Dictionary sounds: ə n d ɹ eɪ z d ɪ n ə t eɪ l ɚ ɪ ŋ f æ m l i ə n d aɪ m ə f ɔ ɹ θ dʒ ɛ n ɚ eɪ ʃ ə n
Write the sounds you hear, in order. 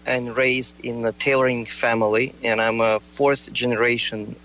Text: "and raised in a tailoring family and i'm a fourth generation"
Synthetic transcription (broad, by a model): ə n ɹ eɪ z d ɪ n ə t eɪ l ɚ ɪ ŋ f æ m l i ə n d aɪ m ə f ɔ ɹ θ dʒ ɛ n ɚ eɪ ʃ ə n